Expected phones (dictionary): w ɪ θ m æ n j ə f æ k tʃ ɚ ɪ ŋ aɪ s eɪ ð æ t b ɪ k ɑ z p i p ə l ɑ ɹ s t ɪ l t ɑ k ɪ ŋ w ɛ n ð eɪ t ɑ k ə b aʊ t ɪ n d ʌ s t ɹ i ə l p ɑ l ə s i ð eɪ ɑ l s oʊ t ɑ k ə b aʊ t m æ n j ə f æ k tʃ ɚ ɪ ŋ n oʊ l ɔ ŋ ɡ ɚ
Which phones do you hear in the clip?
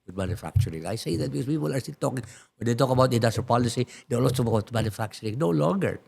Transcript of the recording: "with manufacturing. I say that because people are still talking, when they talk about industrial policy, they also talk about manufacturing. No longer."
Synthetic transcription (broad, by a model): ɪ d m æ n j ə f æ k tʃ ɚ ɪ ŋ aɪ s eɪ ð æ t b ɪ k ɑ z p i p ə l ɑ ɹ s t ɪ l t ɑ k ɪ ŋ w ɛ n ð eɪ t ɑ k ə b aʊ t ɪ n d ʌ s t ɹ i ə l p ɑ l ə s i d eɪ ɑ s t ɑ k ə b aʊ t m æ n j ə f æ k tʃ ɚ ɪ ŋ n oʊ l ɔ ŋ ɡ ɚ